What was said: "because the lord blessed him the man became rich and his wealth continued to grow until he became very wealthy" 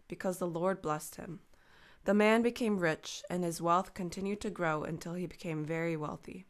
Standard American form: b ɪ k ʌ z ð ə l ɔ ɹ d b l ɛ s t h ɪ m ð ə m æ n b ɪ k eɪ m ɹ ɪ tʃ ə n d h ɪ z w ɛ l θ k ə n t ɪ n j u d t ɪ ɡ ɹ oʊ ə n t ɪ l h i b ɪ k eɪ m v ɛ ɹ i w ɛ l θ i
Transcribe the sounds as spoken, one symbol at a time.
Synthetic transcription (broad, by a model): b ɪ k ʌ z ð ə l ɔ ɹ d b l ɛ s t h ɪ m ð ə m æ n b ɪ k eɪ m ɹ ɪ tʃ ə n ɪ z w ɛ l θ k ə n t ɪ n j u d t ɪ ɡ ɹ oʊ ə n t ɪ l i b ɪ k eɪ m v ɛ ɹ i w ɛ l θ i